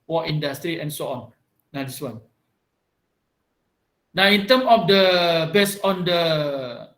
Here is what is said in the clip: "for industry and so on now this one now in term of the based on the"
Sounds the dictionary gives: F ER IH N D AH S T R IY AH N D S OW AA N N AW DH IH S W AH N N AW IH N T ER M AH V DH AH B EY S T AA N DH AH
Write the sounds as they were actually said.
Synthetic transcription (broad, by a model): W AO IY N D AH S T R IY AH N S OW AA N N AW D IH S W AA N N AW IH N T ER M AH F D AH B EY S AA N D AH